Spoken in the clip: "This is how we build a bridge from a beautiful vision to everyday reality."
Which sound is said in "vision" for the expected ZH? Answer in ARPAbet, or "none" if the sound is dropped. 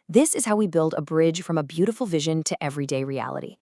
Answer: ZH